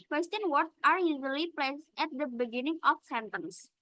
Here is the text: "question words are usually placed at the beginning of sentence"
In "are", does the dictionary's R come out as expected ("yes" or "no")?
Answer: yes